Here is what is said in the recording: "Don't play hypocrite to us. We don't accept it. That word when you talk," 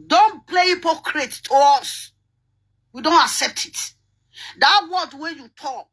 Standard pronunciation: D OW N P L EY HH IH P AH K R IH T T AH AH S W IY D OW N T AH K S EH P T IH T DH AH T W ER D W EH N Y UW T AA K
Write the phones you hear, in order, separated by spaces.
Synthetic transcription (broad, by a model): D OW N P L EY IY P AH K R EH T T AH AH S W IY D OW N T AH K S EH P T IH T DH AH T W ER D W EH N Y UW T AA K